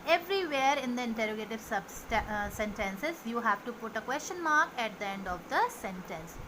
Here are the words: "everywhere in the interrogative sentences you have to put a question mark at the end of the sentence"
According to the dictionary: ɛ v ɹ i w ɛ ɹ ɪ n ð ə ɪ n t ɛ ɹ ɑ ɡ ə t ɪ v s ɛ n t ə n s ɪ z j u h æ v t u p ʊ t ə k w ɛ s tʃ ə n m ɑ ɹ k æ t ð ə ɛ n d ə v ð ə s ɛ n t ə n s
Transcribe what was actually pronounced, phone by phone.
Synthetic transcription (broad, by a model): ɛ v ɹ i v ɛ ɹ ɪ n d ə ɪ n t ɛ ɹ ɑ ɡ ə t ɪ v s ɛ n t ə n s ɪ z j u h æ v t u p ʊ t ə k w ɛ s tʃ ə n m ɑ ɹ k æ t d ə ɛ n d ə v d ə s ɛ n t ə n s